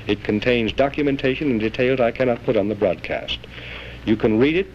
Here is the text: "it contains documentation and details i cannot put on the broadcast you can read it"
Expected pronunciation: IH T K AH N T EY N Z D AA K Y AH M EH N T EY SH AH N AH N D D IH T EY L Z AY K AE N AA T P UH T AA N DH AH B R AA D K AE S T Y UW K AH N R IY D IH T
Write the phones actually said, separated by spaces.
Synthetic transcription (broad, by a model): IH T K AH N T EY N Z D AA K Y AH M EH N T EY SH AH N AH N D D IH T EY L Z AY K AE N AA T P UH T N DH AH B R AA D K AE S T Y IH K AH N R IY D IH T